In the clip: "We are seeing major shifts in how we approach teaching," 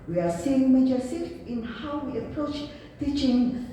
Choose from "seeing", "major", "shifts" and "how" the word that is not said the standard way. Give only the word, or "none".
shifts